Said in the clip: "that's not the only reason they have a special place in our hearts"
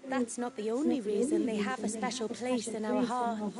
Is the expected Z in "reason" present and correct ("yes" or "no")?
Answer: yes